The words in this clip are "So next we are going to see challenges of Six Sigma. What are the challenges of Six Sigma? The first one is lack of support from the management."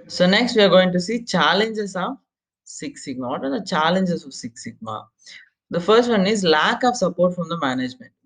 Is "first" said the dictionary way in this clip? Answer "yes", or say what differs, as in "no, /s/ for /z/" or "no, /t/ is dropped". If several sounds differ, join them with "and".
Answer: yes